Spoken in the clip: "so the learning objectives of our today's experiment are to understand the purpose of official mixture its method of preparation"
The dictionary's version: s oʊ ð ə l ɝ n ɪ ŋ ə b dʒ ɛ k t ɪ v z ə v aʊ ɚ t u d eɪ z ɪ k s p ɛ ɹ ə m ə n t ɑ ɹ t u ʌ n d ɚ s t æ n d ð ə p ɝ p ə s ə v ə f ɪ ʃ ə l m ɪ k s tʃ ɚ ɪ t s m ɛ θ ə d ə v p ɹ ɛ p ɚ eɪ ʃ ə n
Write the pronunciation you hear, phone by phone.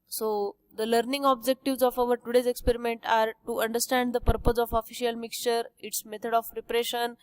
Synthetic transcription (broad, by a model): s oʊ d ə l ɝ n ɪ ŋ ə b dʒ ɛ k t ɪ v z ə f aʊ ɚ t u d eɪ z ɪ k s p ɛ ɹ ə m ə n t ɑ ɹ t u ʌ n d ɚ s t æ n d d ə p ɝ p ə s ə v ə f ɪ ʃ ə l m ɪ k s tʃ ɚ ɪ t s m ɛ t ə d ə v ɹ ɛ p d eɪ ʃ ə n